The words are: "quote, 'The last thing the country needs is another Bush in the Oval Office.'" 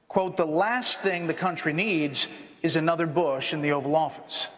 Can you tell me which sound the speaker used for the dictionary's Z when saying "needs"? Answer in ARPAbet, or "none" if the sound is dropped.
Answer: Z